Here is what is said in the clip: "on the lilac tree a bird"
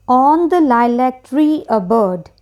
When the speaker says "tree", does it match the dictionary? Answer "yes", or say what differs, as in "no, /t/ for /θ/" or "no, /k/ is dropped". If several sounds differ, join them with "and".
yes